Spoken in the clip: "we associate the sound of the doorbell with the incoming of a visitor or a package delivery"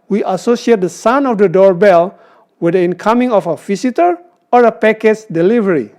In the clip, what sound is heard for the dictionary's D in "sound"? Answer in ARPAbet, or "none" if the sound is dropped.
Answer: none